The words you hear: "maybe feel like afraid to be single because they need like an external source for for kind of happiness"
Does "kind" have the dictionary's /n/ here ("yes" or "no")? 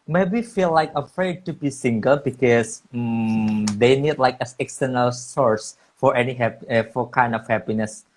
yes